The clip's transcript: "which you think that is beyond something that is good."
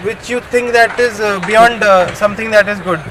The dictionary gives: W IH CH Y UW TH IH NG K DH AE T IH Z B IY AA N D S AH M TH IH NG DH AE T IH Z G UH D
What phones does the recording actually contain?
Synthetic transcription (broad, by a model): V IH CH Y UW T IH NG K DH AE T IH Z B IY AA N D S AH M T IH NG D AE T IH Z G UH D